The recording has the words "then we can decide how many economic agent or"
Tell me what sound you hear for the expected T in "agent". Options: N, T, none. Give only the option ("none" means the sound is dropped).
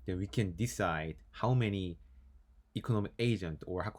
T